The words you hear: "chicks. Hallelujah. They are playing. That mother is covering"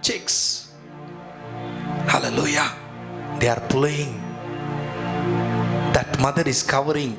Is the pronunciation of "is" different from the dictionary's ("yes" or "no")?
yes